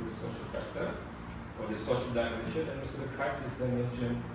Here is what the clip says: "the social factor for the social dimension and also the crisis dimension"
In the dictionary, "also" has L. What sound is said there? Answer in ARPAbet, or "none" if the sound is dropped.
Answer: none